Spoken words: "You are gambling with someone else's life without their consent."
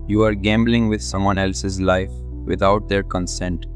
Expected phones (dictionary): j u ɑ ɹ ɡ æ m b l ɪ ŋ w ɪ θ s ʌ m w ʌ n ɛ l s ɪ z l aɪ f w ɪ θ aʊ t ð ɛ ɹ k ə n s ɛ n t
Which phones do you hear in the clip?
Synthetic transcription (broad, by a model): j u ɑ ɹ ɡ æ m b l ɪ ŋ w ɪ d s ʌ m w ʌ n ɛ l s ɪ z l aɪ f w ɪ t aʊ t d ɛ ɹ k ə n s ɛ n t